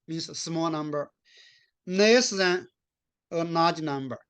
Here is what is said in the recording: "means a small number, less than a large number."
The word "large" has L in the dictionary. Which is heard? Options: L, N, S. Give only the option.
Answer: N